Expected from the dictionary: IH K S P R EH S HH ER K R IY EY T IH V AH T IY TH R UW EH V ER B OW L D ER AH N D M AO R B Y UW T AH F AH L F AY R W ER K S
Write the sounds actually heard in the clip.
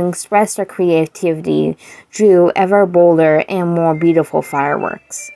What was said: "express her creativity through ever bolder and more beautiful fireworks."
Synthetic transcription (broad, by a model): K S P R EH S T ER K R IY EY T IH V AH T IY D R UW EH V ER B OW L D ER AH N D M AO R B Y UW T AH F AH L F AY R W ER K S